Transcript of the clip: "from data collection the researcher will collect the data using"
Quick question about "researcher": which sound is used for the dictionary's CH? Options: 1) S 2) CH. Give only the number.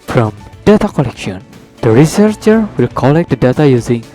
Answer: 2